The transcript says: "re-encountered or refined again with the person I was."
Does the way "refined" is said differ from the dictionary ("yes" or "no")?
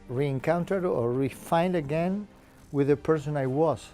no